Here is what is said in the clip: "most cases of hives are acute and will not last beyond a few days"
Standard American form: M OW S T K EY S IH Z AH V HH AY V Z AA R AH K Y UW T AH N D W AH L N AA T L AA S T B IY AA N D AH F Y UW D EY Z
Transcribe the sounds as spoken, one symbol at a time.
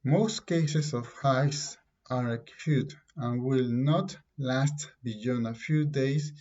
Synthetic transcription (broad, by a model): M OW S T K EY S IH S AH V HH AY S AA R AH K Y UW T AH N W AH L N AA T L AA S T B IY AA N AH F Y UW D EY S